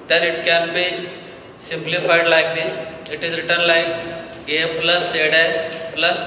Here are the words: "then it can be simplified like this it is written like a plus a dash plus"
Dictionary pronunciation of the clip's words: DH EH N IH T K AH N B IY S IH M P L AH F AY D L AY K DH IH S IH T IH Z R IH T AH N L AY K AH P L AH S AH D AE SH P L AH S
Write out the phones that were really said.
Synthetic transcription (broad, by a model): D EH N IH T K AH N B IY S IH M P L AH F AY D L AY K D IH S IH T IH Z R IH T AH N L AY K AH P L AH S AH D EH S P L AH S